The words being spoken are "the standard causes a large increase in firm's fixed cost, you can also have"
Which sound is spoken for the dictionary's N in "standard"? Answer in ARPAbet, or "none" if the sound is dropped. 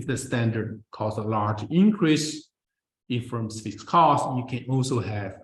N